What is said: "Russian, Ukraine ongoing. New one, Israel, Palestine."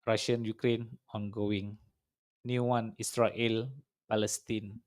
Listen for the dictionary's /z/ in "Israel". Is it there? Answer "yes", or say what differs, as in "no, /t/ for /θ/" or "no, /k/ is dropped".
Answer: no, /s/ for /z/